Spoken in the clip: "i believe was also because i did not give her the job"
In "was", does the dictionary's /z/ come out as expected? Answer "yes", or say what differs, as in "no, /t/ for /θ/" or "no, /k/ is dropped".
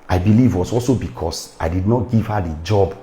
no, /s/ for /z/